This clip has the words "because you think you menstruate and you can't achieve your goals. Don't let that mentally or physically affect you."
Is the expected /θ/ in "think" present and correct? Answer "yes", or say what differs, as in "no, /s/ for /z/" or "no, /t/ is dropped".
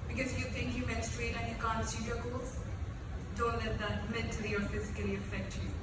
no, /t/ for /θ/